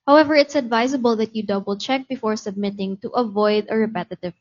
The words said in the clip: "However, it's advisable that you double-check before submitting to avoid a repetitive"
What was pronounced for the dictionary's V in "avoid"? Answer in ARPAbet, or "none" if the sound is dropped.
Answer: V